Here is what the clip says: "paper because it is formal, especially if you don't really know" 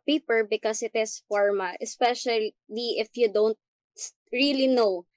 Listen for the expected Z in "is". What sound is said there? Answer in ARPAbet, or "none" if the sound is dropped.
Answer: S